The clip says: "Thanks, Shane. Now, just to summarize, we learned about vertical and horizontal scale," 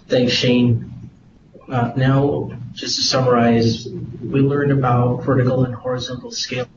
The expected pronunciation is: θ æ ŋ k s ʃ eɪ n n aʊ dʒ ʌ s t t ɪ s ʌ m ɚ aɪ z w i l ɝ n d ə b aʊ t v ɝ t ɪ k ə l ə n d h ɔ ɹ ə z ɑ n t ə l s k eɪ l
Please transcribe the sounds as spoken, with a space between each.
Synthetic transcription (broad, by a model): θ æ ŋ k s ʃ eɪ n n aʊ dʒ ʌ s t t ɪ s ʌ m ɚ aɪ z w i l ɝ n d ə b aʊ t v ɝ t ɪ k l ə n h ɔ ɹ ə z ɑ n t l s k eɪ